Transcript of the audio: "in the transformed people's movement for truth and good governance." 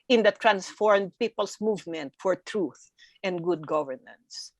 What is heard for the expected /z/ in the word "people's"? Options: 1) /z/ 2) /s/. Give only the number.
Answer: 2